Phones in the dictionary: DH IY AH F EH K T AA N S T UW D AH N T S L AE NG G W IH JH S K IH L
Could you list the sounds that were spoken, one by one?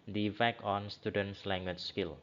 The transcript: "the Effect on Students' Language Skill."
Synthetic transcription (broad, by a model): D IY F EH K AA N S T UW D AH N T S L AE NG G W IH CH S K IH L